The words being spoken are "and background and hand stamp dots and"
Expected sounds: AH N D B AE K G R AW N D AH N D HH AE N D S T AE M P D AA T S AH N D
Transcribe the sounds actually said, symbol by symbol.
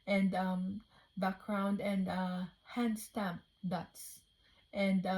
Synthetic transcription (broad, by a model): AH N D B AE K G R AW N D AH N D HH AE N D S T AE M P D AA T S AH N D